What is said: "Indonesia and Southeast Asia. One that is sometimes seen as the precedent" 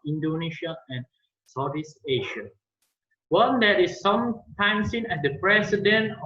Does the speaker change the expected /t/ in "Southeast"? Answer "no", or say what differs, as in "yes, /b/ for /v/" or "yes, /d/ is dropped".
yes, /t/ is dropped